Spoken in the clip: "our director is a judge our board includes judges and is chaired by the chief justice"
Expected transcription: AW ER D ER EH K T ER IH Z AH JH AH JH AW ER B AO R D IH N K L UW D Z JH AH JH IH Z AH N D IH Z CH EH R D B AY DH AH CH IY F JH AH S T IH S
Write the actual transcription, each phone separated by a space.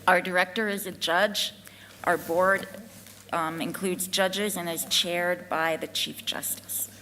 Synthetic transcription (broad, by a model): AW ER D ER EH K T ER IH Z AH JH AH JH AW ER B AO R D IH N K L UW D Z JH AH JH IH Z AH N IH Z CH EH R D B AY DH AH CH IY F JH AH S T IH S